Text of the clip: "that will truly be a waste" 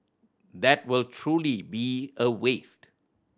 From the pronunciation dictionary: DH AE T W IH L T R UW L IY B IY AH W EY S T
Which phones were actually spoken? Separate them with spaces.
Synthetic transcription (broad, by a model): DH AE T W IH L T R UW L IY B IY AH W EY S T